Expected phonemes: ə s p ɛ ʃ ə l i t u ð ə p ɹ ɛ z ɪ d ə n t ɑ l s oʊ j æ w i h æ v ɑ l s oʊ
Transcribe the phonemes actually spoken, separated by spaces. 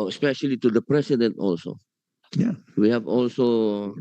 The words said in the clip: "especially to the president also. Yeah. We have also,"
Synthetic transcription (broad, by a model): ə s p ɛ ʃ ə l i t u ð ə p ɹ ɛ s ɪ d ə n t ɑ l s oʊ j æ w i h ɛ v ɑ l s oʊ